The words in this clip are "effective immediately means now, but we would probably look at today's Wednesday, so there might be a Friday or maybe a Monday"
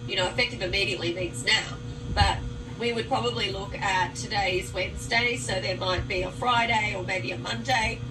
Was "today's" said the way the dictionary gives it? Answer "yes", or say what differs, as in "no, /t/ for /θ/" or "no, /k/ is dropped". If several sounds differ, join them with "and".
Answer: yes